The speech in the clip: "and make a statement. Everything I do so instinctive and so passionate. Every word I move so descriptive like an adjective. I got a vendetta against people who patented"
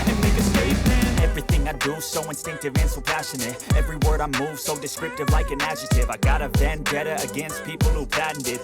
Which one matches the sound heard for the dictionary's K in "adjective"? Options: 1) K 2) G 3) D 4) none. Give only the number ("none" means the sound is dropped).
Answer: 4